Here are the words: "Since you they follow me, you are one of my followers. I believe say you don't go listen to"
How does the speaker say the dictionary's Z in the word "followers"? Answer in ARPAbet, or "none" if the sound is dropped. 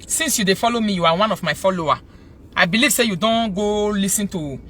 none